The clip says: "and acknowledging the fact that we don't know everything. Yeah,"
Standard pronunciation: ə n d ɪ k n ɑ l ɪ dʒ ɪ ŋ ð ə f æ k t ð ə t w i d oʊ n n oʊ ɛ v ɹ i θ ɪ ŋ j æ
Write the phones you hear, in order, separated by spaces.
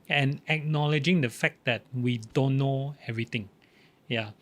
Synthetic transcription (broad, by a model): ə n ɪ k n ɑ l ɪ dʒ ɪ ŋ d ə f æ k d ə t w i d oʊ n n oʊ ɛ v ɹ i t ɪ ŋ j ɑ